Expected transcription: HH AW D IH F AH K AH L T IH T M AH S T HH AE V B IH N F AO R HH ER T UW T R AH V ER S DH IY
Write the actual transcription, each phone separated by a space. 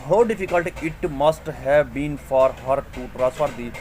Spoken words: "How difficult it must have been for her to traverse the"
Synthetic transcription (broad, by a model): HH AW D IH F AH K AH L T IH T M AH S T HH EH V B IH N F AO R HH ER T UW T R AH F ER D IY